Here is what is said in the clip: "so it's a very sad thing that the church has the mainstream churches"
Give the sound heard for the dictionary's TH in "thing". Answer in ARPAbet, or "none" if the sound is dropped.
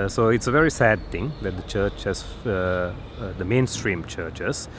T